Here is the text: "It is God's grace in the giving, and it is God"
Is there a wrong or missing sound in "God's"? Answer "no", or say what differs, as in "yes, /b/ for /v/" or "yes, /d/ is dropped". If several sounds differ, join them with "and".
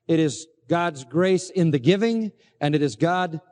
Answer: no